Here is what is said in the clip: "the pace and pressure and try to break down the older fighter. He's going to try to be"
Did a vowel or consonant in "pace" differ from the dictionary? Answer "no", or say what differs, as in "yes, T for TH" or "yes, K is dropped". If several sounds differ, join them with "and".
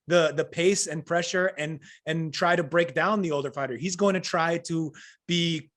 no